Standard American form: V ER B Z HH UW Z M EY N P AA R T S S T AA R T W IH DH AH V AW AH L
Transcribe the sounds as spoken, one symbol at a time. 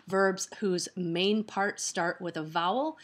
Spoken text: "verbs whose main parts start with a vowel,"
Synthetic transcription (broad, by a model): V ER B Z HH UW Z M EY N P AA R T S S T AA R T W IH DH AH V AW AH L